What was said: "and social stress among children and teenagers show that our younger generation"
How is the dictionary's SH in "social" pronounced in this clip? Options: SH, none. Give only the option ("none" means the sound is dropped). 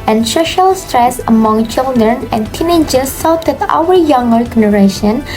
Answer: SH